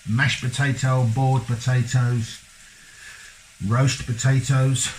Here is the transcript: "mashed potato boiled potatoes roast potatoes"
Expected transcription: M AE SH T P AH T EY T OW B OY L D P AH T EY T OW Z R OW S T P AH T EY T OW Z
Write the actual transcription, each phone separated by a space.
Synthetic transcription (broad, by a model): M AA SH P AH T EY T OW B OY D P AH T EY T OW Z R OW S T P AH T EY T OW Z